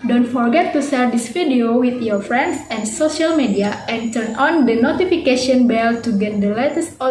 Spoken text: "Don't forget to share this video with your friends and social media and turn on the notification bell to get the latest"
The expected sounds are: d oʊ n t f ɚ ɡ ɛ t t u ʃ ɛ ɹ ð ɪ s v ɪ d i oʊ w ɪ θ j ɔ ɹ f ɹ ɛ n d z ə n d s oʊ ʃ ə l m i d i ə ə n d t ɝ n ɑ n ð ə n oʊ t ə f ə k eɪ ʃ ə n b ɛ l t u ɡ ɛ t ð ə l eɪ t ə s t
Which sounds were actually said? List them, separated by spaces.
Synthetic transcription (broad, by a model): d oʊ n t f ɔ ɡ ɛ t t u s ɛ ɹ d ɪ s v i d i oʊ w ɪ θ j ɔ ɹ f ɹ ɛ n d s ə n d s oʊ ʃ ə l m i d i ə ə n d t ɝ n ɑ n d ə n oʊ t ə f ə k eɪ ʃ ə n b ɛ l t u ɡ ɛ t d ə l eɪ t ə s